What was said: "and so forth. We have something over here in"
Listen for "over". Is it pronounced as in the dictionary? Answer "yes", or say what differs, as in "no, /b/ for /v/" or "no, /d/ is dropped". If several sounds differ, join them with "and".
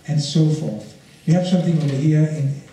no, /w/ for /v/